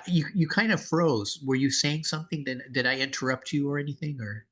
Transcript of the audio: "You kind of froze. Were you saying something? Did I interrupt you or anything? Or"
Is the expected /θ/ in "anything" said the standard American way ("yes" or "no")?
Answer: yes